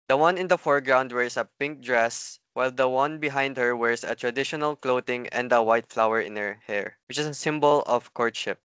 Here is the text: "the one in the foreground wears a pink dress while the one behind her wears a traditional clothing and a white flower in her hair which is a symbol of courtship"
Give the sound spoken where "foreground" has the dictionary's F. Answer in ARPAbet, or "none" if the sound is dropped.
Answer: F